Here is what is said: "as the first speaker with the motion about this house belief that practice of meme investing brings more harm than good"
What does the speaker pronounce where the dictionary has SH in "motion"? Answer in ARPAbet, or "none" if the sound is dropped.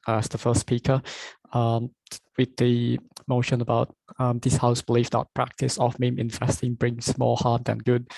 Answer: SH